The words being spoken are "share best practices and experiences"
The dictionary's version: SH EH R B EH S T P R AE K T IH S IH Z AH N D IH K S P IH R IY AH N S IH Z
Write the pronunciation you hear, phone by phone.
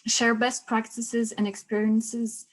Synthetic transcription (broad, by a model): SH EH R B EH S T P R AE K T IH S IH Z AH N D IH K S P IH R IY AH N S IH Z